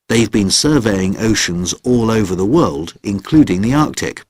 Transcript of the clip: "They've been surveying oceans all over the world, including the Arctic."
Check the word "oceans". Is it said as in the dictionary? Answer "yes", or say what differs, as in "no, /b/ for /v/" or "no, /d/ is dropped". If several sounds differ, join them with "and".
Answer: yes